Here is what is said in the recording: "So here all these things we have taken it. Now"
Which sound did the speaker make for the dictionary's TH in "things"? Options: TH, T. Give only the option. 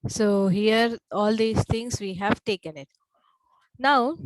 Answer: T